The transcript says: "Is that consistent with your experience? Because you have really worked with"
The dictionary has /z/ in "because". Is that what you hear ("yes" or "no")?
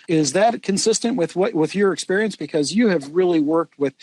yes